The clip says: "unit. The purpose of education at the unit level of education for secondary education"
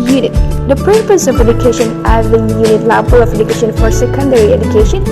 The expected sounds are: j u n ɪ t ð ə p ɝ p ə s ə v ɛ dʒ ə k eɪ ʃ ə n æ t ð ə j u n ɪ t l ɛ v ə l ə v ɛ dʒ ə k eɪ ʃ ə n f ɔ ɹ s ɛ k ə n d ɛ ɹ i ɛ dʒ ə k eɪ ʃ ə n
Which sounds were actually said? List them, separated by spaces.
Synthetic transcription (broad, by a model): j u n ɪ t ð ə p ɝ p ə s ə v ɛ dʒ ə k eɪ ʃ ə n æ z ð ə j u n ɪ t l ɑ b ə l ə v ɛ dʒ ə k eɪ ʃ ə n f ɔ ɹ s ɛ k ə n d ɛ ɹ i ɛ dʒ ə k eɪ ʃ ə n